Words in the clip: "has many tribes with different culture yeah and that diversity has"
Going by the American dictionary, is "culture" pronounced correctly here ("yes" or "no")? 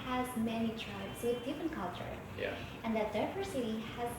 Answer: yes